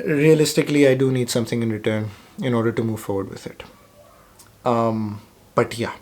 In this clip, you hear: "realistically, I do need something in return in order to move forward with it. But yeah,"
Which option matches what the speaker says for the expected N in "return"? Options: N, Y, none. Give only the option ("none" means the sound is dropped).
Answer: N